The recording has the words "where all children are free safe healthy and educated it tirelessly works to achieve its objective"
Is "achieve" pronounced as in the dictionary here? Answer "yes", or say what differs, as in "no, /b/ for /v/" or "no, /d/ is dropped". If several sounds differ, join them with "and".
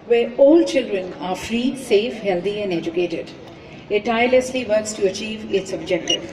yes